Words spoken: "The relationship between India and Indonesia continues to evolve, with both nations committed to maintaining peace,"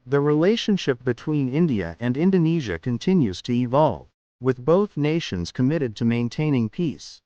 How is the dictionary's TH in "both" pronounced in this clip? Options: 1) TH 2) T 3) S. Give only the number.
1